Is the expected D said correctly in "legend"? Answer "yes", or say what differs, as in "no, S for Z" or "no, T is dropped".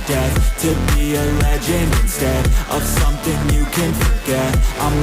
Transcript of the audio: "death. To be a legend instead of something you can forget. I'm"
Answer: no, D is dropped